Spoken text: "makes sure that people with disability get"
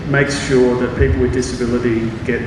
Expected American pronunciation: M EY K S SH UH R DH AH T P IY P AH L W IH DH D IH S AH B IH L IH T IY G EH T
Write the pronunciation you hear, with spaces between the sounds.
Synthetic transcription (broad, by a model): M EY K S SH UH R DH AH T P IY P L W IH DH D IH S AH B IH L IH T IY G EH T